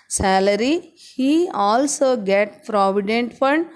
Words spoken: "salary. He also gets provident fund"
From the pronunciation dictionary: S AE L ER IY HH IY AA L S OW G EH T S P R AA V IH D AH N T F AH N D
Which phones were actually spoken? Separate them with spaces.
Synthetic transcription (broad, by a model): S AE L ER IY HH IY AA L S OW G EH T P R AA V IH D AH N T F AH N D